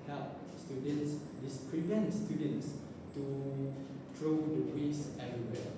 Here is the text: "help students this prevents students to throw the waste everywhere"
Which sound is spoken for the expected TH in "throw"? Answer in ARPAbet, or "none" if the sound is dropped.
T